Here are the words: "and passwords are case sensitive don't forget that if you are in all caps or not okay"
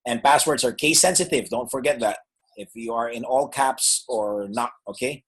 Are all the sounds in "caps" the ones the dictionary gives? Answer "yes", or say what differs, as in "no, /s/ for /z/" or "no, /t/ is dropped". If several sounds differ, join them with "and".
yes